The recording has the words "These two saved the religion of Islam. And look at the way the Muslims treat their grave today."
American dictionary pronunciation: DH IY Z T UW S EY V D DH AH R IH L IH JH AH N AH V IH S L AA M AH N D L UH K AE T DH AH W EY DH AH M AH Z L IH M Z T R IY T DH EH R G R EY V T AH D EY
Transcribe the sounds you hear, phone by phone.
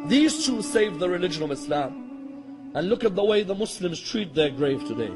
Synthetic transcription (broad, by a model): DH IY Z T UW S EY V DH AH R IH L IH JH AH N AH V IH S L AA M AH N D L UH K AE T DH AH W EY DH AH M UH S L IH M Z T R IY T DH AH R G R EY V T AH D EY